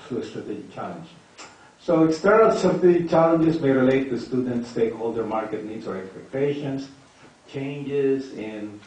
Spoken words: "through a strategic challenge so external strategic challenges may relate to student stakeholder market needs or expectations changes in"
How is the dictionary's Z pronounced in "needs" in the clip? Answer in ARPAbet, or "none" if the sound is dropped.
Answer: S